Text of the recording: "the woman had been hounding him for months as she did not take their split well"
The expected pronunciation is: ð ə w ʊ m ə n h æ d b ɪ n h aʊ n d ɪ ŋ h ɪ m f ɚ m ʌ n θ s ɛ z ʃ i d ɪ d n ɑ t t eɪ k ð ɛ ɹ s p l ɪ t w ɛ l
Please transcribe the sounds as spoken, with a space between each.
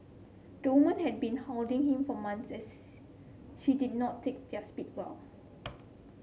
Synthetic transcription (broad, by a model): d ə w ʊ m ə n h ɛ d b ɪ n h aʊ l d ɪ ŋ h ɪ m f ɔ m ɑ n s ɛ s ʃ i d ɪ d n ɑ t t eɪ k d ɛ s p i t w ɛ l